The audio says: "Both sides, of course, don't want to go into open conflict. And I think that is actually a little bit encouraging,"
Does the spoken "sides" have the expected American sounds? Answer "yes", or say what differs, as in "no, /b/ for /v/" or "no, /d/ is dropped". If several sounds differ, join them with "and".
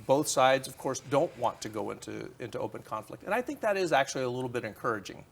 yes